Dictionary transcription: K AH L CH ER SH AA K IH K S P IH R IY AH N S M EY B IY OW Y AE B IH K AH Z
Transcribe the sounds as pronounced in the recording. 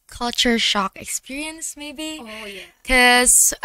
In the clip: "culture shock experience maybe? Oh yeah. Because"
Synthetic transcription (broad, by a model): K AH L CH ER SH AA K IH K S P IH R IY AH N S M EY IY B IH K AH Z